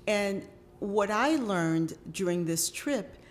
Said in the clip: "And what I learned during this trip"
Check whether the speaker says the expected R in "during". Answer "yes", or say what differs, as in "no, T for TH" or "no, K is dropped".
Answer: yes